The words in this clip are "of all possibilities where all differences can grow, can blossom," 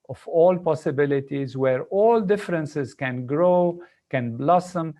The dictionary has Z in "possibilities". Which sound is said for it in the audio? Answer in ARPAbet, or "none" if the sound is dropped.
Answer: Z